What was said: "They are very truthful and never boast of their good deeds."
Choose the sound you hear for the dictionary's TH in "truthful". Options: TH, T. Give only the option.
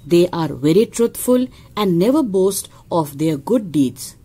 T